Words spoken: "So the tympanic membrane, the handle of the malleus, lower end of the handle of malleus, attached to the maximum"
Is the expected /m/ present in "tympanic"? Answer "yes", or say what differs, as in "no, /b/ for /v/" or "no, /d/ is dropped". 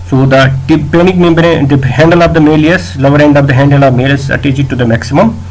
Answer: no, /m/ is dropped